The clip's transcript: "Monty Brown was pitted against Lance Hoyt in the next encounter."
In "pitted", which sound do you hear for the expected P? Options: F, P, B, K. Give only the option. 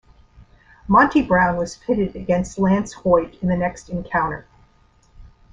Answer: F